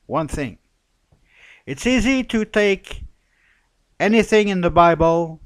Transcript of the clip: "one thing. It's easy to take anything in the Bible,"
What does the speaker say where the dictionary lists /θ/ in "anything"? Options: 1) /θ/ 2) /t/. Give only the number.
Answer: 1